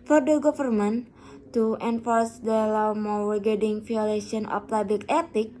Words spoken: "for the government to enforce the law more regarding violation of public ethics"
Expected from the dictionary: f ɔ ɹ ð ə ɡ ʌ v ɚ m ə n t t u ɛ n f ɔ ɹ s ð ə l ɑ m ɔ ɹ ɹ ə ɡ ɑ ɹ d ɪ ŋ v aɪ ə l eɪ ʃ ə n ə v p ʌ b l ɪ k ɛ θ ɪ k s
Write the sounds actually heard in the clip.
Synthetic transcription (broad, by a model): f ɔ ɹ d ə ɡ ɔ f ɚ m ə n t t u ɛ n f ɔ ɹ s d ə l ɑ m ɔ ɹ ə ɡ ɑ d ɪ ŋ f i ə l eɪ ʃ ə n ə f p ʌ b l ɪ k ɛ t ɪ k